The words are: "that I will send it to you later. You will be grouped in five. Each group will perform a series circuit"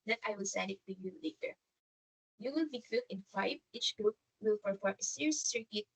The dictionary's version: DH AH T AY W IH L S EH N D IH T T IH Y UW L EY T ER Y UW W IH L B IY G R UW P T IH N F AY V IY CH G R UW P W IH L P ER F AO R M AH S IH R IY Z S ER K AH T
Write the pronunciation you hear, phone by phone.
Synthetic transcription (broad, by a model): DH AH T AY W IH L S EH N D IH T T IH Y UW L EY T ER Y UW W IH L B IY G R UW T IH N F AY V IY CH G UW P W IH L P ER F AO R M AH S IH R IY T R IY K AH